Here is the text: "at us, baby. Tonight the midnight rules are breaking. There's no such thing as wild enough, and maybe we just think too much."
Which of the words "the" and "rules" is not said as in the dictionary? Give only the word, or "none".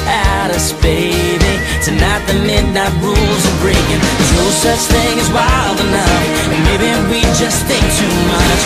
none